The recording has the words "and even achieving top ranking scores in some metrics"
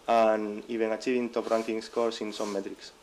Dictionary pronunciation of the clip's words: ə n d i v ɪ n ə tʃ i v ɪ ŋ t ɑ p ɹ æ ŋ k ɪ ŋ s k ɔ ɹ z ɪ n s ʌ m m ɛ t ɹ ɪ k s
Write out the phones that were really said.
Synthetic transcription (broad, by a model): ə n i b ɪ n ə tʃ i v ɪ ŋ t ɑ p ɹ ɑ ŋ k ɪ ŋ s k ɔ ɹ s ɪ n s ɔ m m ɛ t ɹ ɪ k s